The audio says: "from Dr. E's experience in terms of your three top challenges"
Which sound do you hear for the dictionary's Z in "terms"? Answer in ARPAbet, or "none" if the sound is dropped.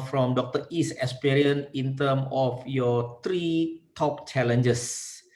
none